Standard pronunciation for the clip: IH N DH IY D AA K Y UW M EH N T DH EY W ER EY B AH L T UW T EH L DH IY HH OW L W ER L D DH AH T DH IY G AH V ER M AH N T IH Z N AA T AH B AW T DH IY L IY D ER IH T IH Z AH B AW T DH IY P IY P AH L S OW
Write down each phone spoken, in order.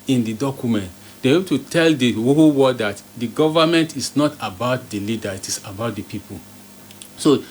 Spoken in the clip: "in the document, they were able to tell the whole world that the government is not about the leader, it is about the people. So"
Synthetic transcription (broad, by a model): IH N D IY D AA K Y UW M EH N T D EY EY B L T UW T EH L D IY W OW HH W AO D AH T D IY G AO V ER M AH N T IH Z N AA T AH B AW T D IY L IY D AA IH T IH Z AH B AW T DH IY P IY P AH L S OW